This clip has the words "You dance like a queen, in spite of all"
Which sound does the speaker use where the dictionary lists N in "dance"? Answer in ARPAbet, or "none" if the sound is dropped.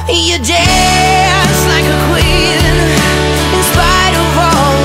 none